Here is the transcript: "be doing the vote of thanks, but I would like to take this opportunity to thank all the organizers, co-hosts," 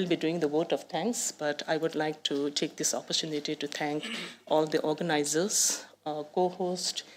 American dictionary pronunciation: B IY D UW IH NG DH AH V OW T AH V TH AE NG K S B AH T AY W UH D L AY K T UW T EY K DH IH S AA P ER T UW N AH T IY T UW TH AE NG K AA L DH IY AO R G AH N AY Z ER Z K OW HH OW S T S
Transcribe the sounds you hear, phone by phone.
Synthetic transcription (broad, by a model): B IY D UW IH NG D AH V OW T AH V T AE NG K S B AH T AY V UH D L AY K T UW T EY K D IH S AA P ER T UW N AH T IY T UW T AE NG K AA L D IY AO R G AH N AY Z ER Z K OW HH OW S T